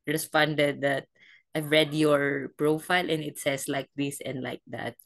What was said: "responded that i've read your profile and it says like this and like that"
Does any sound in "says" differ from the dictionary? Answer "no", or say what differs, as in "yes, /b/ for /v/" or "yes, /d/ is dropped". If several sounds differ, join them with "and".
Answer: yes, /s/ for /z/